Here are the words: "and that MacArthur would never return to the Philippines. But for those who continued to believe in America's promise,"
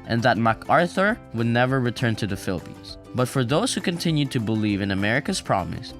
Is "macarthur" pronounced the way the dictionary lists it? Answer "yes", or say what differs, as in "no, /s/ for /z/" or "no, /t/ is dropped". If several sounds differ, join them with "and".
yes